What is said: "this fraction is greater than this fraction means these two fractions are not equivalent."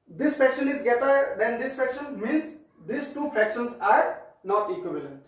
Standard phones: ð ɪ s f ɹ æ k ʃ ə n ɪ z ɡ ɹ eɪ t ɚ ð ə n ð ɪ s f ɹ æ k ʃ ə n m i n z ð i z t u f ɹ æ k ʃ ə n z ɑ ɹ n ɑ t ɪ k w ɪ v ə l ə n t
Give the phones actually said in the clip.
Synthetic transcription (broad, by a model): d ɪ s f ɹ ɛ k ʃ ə n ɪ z ɡ eɪ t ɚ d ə n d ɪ s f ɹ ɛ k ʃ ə n m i n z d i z t u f ɹ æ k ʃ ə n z ɑ ɹ n ɑ t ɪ k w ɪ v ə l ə n t